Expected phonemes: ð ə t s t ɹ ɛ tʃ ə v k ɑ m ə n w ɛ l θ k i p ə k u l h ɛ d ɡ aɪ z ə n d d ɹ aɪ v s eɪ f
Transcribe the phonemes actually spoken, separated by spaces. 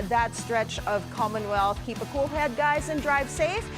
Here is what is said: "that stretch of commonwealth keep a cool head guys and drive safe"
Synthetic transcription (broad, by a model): ð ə t s t ɹ ɛ tʃ ə v k ɑ m ə n w ɛ l θ k i p ə k u l h ɛ d ɡ aɪ z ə n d d ɹ aɪ v s eɪ f